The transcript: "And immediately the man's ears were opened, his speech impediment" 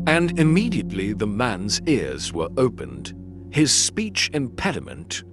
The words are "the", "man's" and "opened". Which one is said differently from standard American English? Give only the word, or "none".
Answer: none